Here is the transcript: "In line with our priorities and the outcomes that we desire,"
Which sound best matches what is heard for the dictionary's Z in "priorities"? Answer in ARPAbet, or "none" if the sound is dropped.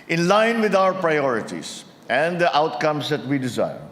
S